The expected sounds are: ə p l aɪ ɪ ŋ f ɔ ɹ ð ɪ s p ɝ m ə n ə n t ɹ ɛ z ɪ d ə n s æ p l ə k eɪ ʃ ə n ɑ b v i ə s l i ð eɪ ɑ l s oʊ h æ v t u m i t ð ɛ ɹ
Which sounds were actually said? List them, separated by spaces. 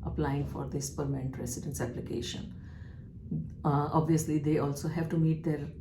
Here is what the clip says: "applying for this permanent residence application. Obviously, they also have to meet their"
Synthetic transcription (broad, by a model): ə p l aɪ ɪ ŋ f ɔ ɹ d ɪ s p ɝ m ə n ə n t ɹ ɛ s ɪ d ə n s æ p l ə k eɪ ʃ ə n ɑ b v i ə s l i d eɪ ɑ l s oʊ h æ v t u m i t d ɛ ɹ